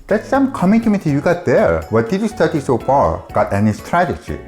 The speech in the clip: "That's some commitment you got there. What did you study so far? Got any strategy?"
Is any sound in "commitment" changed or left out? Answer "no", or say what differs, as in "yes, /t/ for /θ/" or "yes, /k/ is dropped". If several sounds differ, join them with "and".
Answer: yes, /n/ is dropped